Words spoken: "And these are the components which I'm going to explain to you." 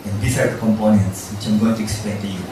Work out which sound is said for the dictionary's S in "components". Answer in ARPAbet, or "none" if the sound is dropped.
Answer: S